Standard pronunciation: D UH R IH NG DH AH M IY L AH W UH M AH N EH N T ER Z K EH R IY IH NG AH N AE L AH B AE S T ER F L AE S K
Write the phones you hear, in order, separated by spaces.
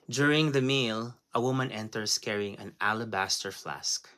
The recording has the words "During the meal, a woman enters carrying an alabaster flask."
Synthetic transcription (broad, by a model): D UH R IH NG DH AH M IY L AH W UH M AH N EH N T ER S K EH R IY IH NG AH N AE L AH B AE S T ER F L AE S K